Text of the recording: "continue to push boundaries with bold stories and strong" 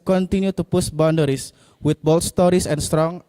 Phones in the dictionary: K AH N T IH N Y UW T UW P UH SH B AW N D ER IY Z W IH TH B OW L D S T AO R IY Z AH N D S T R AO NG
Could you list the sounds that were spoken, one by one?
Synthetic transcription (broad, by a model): K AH N T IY N Y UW T UW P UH S B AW N D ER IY S W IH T B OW L S T AO R IY S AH N S T R AO NG